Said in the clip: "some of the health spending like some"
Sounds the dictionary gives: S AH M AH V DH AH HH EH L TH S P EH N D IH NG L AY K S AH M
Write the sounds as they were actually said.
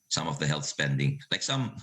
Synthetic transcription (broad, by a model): S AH M AH V DH AH HH EH L TH S P EH N D IH NG L AY K S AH M